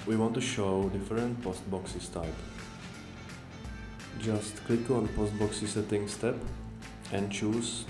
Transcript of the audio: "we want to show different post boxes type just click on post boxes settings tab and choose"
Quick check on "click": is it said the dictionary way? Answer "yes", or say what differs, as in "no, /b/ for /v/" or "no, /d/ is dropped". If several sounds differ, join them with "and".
yes